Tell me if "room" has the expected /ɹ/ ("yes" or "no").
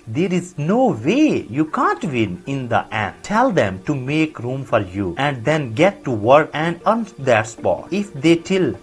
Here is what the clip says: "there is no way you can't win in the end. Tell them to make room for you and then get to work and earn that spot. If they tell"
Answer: yes